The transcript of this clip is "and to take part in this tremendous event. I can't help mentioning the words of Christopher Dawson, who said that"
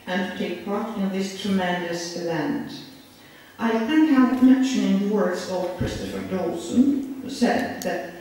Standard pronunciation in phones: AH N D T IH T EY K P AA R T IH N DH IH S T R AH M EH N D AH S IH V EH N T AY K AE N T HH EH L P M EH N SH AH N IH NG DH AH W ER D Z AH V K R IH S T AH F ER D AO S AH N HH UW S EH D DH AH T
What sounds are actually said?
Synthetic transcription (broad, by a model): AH N T IH T EY K P AA R T IH N DH IH S T R AH M EH N D AH S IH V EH N T AY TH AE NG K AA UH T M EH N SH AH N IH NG DH AH W ER D Z AH V K R IH S T AH F ER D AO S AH N HH UW S EH D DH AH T